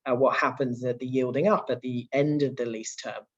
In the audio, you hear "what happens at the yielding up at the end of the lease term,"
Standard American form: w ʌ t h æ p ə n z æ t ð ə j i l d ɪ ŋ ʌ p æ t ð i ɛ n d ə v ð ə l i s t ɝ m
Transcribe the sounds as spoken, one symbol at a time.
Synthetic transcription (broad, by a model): w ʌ t h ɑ p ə n z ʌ t ð ə j i l d ɪ ŋ ʌ p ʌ t ð i ɛ n d ə v ð ə l i s t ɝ m